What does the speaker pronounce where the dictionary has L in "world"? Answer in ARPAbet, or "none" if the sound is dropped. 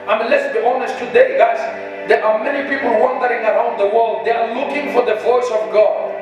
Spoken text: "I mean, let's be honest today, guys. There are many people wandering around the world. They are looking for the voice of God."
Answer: L